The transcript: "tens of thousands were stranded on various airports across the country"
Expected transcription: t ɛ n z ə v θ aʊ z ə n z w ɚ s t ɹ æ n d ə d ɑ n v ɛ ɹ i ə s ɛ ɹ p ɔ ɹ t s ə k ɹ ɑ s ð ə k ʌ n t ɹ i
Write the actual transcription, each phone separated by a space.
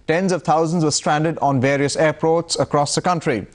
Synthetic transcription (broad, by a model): t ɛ n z ə v t aʊ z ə n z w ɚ s t ɹ æ n d ə d ɑ n v ɛ ɹ i ə s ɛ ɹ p ɔ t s ə k ɹ ɑ s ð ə k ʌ n t ɹ i